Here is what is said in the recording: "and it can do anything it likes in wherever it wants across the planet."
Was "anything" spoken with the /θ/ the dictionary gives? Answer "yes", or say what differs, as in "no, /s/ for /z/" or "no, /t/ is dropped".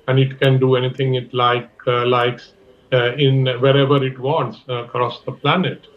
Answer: no, /t/ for /θ/